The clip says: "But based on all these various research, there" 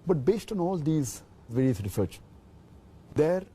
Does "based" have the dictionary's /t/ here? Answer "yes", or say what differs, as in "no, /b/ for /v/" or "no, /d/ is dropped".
yes